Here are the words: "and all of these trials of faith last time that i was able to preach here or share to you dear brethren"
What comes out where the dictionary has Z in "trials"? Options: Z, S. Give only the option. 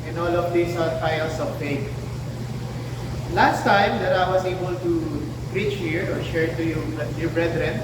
S